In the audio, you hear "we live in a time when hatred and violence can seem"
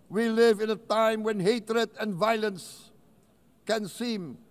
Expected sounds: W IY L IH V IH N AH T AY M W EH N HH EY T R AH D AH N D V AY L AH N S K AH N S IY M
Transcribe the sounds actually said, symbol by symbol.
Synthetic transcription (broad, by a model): W IY L IH V IH N AH T AY M W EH N HH EY T R AH D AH N V AY L AH N S K AH N S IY M